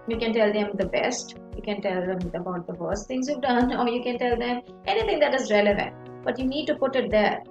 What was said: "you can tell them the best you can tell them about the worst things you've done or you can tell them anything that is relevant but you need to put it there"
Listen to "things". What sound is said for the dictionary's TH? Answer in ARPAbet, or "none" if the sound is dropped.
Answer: T